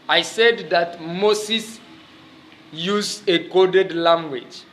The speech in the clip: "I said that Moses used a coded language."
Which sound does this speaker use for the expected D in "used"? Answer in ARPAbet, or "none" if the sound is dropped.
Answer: none